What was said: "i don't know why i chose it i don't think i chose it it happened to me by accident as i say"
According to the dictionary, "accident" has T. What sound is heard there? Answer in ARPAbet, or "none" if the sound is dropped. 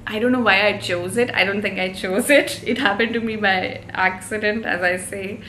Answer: T